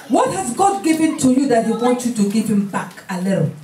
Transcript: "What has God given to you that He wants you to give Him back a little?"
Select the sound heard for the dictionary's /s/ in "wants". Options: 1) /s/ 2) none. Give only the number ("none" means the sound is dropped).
2